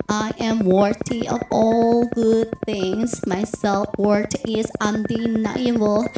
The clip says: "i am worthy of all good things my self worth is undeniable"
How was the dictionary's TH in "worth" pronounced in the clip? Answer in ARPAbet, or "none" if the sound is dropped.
T